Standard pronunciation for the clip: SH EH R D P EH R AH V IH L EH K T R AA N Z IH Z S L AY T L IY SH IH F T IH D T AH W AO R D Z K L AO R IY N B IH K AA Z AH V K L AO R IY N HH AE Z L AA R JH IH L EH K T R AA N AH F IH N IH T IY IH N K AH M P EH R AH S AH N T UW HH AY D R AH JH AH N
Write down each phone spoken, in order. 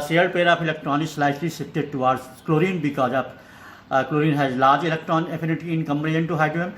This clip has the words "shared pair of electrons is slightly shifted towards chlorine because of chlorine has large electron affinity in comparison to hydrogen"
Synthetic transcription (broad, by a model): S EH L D P EH R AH P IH L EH K T R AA N IH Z S L AY T L IY S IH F T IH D T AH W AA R D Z K L AO R IY N B IH K AA Z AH P K L AO R IY N HH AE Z L AA R JH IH L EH K T R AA N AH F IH N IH T IY IH N K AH M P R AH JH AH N T UW HH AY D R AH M